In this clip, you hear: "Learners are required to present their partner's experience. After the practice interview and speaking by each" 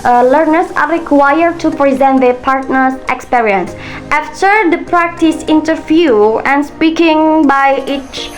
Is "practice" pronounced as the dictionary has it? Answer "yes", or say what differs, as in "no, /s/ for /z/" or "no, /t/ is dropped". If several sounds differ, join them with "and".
yes